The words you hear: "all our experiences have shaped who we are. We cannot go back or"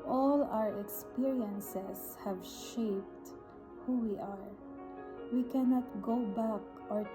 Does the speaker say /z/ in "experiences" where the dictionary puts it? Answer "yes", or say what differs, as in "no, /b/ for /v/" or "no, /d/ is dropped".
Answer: no, /s/ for /z/